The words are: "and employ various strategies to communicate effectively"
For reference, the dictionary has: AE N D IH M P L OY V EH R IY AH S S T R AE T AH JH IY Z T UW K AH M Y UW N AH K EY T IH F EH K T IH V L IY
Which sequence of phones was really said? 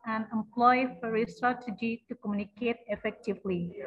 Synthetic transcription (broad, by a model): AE N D IH M P L OY F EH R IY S S T R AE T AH JH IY T UW K AH M Y UW N AH K EY T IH F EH K T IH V L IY